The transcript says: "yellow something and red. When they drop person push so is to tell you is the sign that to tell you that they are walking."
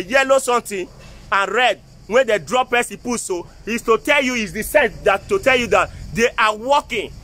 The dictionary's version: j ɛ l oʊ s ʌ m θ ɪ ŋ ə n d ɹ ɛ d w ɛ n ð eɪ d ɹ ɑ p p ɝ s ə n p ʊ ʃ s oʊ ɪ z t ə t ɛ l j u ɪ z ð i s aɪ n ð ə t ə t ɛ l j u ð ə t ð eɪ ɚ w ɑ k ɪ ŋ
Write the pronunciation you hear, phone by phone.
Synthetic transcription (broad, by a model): j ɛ l oʊ s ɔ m t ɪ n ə n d ɹ ɛ d w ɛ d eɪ d ɹ ɑ p p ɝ s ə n p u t s oʊ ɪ s t ə t ɛ l j u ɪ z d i s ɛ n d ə t ə t ɛ l j u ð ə t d eɪ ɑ w ɑ k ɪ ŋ